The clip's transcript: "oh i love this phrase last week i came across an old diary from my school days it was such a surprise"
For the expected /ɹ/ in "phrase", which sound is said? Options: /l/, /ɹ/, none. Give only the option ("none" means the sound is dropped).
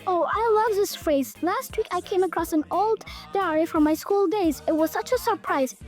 /ɹ/